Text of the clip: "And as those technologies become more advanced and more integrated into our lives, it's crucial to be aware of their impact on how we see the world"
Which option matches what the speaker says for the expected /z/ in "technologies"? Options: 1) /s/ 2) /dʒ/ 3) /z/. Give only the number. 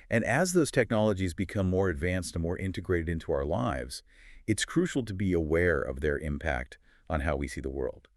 3